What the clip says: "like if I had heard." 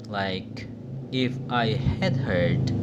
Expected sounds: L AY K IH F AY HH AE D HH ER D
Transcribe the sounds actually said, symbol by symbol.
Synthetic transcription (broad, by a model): L AY K IH F AY HH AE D HH ER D